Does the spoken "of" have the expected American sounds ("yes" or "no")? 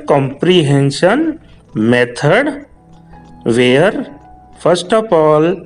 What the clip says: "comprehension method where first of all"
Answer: no